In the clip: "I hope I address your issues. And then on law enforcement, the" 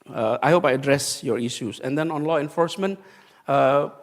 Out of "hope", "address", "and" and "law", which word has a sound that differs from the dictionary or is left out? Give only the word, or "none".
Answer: none